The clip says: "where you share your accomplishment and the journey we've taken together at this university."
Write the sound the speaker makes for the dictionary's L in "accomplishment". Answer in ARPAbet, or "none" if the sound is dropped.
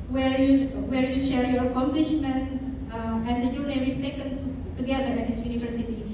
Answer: L